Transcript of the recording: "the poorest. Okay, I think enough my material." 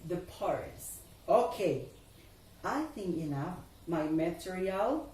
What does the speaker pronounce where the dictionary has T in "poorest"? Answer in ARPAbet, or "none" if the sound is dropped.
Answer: none